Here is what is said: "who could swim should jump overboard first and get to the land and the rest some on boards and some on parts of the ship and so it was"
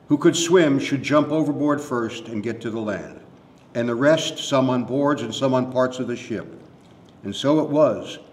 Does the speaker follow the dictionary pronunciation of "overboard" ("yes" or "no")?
yes